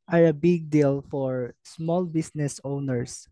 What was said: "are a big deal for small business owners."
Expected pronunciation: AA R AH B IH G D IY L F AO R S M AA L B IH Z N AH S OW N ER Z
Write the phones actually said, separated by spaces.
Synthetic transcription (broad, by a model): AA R AH B IH G D IY L F AO R S M AA L B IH S N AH S OW N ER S